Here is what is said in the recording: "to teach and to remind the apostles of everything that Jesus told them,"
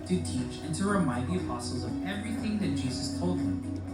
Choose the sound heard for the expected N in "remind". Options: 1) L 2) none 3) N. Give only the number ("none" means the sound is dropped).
2